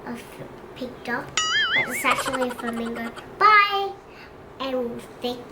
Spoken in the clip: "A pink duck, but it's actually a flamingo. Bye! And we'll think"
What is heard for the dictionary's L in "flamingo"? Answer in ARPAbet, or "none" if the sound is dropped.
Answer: none